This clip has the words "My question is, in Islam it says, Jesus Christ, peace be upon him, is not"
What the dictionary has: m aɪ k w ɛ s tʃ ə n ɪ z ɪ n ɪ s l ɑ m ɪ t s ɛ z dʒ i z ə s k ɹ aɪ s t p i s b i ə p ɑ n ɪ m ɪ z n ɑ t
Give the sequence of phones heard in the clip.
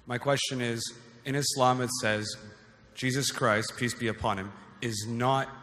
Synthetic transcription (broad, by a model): m aɪ k w ɛ s tʃ ə n ɪ z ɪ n ɪ s l ɑ m ɪ t s ɛ z dʒ i z ə s k ɹ aɪ s t p i s b i ə p ɑ n ɪ m ɪ z n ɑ t